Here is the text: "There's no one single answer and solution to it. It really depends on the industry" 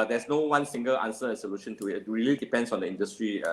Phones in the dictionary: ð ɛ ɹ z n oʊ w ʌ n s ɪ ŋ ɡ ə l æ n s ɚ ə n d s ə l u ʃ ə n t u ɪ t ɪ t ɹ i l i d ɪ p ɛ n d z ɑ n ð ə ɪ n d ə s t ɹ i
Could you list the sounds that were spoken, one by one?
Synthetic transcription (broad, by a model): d ɛ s n oʊ w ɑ n s ɪ ŋ ɡ ə l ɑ n s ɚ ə s ə l u ʃ ə n t u ɪ t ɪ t ɹ i l i d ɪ p ɛ n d s ɑ n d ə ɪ n d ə s t ɹ i